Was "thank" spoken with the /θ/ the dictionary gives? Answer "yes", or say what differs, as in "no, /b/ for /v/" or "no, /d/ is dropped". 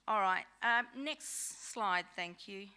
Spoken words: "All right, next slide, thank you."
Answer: yes